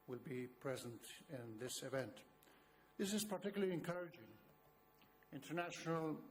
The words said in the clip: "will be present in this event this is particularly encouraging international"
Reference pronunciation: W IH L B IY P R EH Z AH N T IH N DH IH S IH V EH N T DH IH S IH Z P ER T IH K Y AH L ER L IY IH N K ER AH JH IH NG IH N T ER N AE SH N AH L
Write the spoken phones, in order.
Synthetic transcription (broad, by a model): W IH L B IY P R EH Z AH N T IH N DH IH S IH V EH N T DH IH S IH Z P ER T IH K Y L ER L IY IH N K ER AH JH IH NG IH N T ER N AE SH N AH L